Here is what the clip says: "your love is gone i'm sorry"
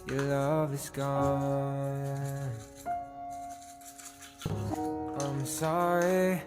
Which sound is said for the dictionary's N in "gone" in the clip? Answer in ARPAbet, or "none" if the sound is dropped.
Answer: none